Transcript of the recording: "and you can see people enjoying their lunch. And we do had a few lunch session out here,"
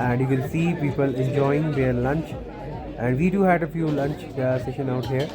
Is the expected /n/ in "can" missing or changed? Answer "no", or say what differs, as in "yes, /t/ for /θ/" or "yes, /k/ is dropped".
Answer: yes, /l/ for /n/